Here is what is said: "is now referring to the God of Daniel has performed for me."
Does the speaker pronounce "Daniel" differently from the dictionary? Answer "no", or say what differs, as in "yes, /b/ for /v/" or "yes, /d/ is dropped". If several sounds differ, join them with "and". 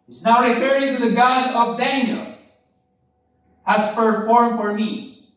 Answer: no